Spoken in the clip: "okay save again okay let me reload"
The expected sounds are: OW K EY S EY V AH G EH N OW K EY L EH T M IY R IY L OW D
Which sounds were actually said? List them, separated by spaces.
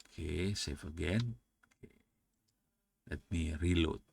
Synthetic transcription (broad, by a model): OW K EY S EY F AH G EH N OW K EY L EH T M IY R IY L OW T